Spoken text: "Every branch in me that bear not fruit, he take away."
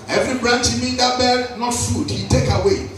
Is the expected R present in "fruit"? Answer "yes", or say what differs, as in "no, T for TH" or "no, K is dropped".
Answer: no, R is dropped